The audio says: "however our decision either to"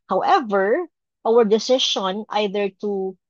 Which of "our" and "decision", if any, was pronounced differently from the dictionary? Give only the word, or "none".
decision